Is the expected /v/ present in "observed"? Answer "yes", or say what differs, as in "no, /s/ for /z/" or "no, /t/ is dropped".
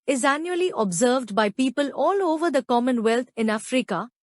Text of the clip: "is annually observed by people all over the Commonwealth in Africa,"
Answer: yes